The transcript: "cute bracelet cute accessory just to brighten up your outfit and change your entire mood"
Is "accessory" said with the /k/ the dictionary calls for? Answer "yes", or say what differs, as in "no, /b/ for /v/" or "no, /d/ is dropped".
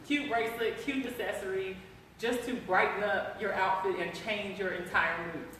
no, /k/ is dropped